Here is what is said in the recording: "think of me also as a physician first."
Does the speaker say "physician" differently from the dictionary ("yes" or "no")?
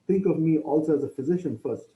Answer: no